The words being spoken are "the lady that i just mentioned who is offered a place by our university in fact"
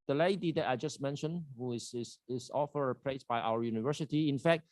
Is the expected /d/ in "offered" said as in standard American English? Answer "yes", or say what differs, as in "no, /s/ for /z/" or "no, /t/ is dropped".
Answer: no, /d/ is dropped